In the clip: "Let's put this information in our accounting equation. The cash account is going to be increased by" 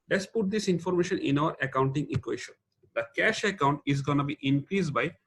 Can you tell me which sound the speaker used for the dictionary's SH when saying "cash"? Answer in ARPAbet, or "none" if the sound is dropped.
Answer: SH